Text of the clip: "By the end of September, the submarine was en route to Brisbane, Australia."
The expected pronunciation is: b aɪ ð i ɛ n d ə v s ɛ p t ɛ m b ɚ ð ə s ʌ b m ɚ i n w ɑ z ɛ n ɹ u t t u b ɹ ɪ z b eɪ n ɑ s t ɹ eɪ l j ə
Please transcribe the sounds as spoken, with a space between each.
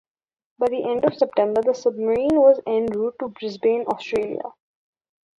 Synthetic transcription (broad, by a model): b aɪ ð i ɛ n d ə v s ɛ p t ɛ m b ɚ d ə s ʌ b m ɚ i n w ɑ z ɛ n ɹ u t t u b ɹ ɪ z b eɪ n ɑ s t ɹ eɪ l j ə